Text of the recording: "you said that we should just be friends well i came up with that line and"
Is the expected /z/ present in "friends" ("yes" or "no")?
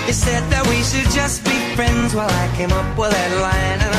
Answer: yes